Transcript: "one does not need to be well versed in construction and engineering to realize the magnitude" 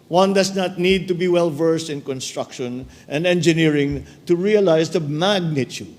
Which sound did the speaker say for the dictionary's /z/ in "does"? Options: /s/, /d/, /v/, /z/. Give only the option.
/s/